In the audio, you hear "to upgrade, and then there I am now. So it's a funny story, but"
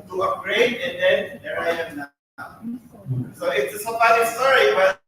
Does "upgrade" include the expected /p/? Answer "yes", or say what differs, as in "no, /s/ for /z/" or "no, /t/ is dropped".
no, /p/ is dropped